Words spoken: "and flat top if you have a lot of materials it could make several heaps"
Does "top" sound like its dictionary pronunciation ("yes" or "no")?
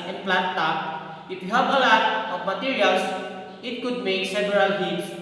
no